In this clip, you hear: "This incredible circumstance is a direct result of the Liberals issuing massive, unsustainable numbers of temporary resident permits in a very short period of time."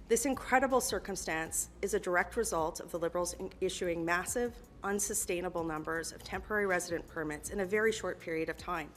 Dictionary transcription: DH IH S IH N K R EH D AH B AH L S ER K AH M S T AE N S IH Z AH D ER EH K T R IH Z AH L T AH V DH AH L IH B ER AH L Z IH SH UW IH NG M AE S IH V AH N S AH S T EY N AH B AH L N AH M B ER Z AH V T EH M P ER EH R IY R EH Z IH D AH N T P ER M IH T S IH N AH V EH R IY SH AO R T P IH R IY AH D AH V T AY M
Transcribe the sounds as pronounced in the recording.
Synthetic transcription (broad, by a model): DH IH S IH N K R EH D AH B L S ER K AH M S T AE N S IH Z AH D ER EH K T R IH Z AH L T AH V DH AH L IH B ER L Z IH SH UW IH NG M AE S IH V AH N S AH S T EY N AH B L N AH M B ER Z AH V T EH M P ER EH R IY R EH Z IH D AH N P ER M IH T S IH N AH V EH R IY SH AO R T P IH R IY AH D AH V T AY M